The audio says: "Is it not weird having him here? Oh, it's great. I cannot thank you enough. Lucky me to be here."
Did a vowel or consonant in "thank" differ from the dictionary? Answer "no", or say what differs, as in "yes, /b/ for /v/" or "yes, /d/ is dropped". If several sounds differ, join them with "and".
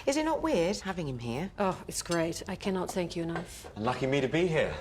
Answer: no